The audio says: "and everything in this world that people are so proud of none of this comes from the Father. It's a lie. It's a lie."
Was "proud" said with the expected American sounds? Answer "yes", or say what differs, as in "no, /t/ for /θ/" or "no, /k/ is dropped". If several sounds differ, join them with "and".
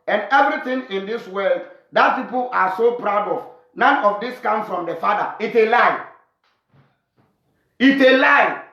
yes